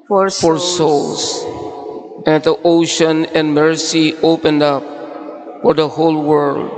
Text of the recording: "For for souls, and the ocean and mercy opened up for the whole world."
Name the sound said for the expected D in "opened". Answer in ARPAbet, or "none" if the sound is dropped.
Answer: D